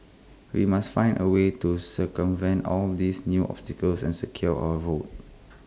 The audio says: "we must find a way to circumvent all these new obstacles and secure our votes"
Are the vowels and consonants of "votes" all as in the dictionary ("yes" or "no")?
no